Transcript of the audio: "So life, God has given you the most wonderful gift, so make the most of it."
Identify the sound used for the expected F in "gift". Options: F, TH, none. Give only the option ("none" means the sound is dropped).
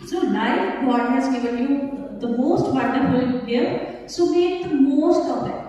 none